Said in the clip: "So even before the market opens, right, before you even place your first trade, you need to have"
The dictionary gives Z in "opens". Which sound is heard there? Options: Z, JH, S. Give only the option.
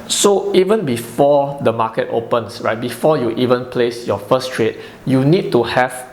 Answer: S